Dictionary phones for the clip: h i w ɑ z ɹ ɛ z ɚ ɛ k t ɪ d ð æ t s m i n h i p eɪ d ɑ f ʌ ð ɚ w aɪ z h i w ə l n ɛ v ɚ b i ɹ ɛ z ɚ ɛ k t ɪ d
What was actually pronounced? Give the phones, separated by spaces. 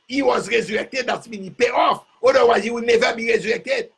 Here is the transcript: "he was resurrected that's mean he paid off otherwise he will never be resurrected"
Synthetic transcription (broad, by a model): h i w ɑ z ɹ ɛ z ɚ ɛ k t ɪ d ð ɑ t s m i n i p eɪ ɑ f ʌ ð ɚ w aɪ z h i w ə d n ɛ v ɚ b i ɹ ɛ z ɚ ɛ k t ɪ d